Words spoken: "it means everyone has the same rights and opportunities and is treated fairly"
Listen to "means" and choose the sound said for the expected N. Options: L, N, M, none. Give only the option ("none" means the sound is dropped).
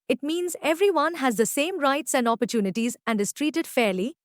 N